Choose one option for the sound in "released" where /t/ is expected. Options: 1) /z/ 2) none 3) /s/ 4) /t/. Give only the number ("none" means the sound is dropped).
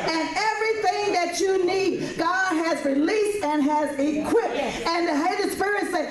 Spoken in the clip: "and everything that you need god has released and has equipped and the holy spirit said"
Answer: 4